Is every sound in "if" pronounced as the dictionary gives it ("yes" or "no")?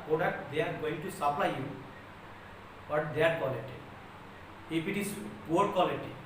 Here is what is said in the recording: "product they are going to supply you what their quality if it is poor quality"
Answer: no